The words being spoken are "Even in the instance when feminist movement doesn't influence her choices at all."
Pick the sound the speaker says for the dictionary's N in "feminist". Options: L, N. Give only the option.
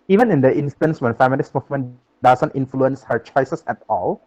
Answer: L